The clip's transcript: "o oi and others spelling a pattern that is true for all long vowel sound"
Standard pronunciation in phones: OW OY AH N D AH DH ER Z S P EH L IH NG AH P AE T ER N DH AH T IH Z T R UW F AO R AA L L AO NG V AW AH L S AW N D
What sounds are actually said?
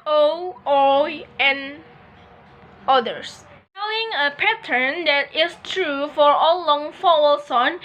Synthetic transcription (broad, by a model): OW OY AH N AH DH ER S EH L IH NG AH P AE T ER N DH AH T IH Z T R UW F AO R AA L L AO NG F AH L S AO N